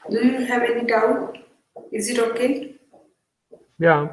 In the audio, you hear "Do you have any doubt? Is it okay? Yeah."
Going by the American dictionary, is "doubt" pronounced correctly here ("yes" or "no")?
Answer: no